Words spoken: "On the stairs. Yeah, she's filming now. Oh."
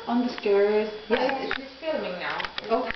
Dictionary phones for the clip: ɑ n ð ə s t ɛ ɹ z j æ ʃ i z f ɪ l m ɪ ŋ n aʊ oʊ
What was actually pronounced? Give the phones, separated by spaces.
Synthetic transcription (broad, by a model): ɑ n ð ə s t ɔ ɹ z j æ s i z f ɪ l m ɪ ŋ n aʊ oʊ